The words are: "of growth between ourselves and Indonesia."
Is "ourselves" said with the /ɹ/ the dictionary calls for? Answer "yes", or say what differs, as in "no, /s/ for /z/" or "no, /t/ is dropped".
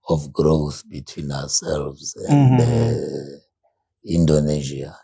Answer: no, /w/ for /ɹ/